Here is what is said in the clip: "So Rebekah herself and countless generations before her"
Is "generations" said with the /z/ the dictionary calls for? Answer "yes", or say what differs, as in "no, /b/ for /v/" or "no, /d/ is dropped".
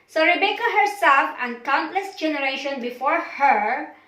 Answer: no, /z/ is dropped